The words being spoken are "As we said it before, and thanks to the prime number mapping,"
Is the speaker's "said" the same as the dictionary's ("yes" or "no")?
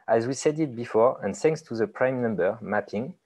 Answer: yes